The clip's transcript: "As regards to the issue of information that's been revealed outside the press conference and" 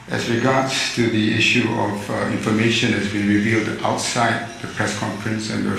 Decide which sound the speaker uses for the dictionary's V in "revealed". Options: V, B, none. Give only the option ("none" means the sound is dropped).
V